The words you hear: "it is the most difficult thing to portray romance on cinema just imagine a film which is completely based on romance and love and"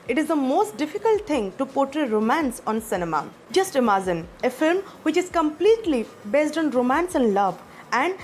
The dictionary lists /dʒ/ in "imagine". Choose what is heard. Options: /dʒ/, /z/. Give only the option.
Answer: /z/